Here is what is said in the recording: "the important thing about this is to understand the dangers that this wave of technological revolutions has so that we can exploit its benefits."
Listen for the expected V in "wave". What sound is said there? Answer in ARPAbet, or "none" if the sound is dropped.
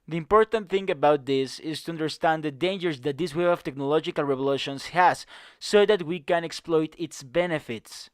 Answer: none